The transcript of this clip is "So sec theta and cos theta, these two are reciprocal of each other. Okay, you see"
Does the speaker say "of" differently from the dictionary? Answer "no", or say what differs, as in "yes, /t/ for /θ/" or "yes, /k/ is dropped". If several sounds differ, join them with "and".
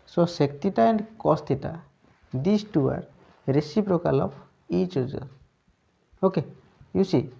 yes, /p/ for /v/